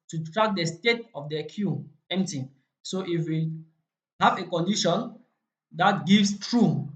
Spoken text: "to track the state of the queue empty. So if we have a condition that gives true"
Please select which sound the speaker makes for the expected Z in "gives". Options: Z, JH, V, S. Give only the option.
S